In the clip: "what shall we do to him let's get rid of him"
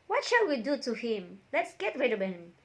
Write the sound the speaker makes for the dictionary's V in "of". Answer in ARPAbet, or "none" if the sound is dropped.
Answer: B